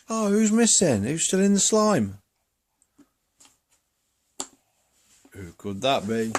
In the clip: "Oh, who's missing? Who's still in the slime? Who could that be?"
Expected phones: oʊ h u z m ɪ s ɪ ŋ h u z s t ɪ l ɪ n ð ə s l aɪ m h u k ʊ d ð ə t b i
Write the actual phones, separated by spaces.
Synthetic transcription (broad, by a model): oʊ h u z m ɪ s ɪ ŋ h u z s t ɪ l ɪ n ð ə s l aɪ m h u k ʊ d ð ə t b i